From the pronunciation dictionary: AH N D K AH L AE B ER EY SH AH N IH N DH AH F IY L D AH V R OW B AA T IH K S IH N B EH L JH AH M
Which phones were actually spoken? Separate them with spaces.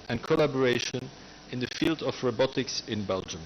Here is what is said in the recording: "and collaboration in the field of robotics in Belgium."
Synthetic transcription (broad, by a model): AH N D K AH L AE B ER EY SH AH N IH N DH AH F IY L D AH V R OW B AA T IH K S IH N B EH L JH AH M